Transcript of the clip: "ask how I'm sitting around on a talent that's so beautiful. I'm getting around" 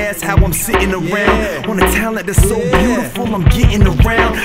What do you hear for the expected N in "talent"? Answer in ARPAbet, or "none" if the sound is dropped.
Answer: none